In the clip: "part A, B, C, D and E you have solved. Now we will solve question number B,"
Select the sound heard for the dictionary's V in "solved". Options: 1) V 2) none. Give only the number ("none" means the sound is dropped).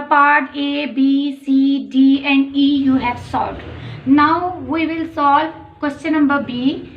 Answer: 2